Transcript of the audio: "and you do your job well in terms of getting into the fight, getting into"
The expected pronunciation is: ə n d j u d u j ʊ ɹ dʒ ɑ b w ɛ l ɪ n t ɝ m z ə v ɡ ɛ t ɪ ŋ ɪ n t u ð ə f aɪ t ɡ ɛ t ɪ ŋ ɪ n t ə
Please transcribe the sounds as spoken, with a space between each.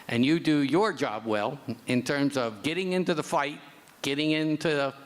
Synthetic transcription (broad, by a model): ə n j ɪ d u j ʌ ɹ dʒ ɑ b w ɛ l ɪ n t ɝ m z ə v ɡ ɛ t ɪ ŋ ɪ n t u ð ə f aɪ t ɡ ɛ t ɪ ŋ ɪ n t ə